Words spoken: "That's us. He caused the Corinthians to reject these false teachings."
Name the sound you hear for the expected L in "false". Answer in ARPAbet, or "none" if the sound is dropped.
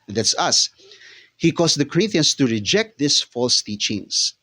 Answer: L